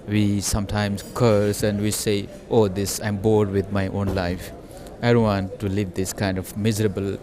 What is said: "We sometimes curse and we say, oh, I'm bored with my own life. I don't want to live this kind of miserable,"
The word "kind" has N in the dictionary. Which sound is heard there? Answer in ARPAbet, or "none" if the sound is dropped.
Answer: N